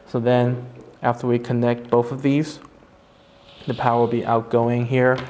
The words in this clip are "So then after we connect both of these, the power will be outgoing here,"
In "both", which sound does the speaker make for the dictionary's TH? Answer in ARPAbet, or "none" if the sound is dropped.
TH